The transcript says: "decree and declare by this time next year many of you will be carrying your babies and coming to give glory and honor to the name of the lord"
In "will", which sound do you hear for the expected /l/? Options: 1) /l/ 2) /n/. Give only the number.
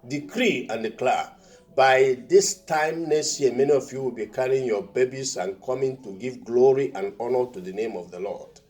1